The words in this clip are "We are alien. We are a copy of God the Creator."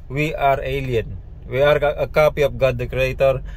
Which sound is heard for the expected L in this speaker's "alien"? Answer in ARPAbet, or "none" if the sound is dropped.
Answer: L